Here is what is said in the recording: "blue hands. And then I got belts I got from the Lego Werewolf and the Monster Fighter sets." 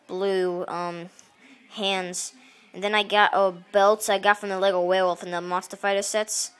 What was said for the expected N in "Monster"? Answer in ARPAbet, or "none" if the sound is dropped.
none